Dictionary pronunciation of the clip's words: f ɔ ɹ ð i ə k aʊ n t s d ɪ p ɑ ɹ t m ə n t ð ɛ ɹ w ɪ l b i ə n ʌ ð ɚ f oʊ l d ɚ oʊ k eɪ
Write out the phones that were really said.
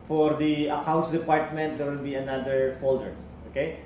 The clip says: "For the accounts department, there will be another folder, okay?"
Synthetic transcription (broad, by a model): f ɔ ɹ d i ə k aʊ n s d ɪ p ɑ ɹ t m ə n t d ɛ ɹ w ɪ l b i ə n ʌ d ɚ f oʊ l d ɚ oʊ k eɪ